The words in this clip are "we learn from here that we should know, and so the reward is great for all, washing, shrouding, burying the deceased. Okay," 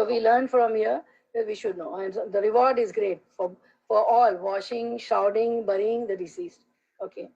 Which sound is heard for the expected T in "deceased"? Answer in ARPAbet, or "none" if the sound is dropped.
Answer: T